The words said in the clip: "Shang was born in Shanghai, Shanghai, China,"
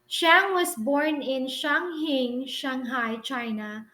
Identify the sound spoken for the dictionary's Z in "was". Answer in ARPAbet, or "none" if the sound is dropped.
S